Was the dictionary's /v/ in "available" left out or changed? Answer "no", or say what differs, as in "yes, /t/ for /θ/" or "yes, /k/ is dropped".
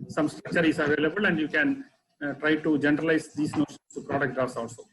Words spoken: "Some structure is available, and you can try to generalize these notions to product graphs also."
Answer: no